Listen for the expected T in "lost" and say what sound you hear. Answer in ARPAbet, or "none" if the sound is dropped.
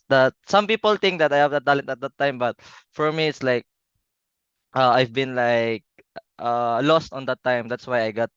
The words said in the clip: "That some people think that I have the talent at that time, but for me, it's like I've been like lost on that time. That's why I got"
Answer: T